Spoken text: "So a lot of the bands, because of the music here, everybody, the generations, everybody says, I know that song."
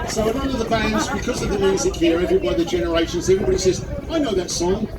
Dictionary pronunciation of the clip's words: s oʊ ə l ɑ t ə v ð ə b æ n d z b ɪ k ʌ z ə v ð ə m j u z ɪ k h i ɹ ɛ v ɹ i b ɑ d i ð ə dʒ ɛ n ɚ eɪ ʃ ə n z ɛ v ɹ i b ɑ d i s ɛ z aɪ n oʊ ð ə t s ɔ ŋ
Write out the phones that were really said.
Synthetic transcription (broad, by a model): s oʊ ə n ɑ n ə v ð ə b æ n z b ɪ k ʌ z ə v ð ə m j u z ɪ k h i ɹ ɛ v ɹ i b ɑ d i ð ə dʒ ɛ n ɚ eɪ ʃ ə n z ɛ v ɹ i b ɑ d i s ɛ z aɪ n oʊ ð ə t s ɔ ŋ